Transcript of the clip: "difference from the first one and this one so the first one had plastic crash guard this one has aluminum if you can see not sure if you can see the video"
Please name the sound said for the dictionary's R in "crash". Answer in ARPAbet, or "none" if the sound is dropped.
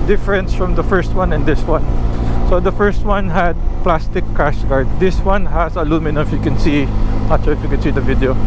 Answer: none